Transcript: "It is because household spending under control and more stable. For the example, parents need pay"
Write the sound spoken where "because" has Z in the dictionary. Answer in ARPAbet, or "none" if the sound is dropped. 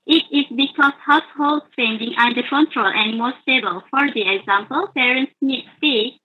S